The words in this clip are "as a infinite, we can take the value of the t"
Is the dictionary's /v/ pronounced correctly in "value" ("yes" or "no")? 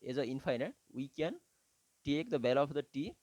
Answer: no